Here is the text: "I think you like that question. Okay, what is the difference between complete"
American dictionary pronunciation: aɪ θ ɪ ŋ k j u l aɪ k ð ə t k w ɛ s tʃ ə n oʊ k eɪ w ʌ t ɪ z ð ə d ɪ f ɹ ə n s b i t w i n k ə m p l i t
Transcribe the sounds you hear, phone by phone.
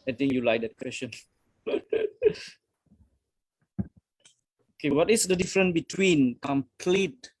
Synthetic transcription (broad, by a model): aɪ t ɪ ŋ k j u l aɪ k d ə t k w ɛ s tʃ ə n oʊ k eɪ w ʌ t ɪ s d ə d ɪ f ɹ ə n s b i t w i n k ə m p l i t